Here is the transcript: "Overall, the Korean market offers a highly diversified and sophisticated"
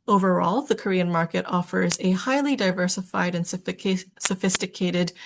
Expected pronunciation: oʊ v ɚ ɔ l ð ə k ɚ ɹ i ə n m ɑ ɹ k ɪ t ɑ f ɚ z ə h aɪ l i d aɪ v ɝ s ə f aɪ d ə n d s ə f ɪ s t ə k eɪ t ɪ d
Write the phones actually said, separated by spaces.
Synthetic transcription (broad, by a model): oʊ v ɚ ɔ l ð ə k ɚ ɹ i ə n m ɑ ɹ k ɪ t ɑ f ɚ z ə h aɪ l i d aɪ v ɝ s ə f aɪ d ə n s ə f ɪ s t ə k eɪ t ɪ d